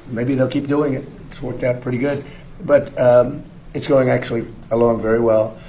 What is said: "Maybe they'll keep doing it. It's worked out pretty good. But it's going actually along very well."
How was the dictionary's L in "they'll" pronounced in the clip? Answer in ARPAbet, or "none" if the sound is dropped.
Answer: L